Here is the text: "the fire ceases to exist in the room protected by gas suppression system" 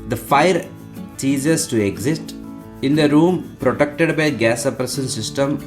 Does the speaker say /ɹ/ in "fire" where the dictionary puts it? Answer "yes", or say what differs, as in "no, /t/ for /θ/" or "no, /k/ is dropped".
yes